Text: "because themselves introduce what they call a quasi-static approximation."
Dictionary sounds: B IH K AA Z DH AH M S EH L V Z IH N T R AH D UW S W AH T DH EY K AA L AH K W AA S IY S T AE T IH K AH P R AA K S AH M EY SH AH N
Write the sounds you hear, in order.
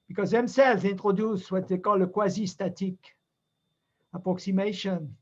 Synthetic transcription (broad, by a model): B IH K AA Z DH AH M S EH L V Z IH N T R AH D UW S W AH T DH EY K AA L AH K W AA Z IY S T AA T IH K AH P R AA K S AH M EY SH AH N